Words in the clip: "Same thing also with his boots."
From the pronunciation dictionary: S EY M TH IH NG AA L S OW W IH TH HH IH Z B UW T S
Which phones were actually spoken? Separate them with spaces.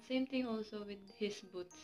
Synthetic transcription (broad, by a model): S EY M T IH NG AA L S OW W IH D HH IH S B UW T S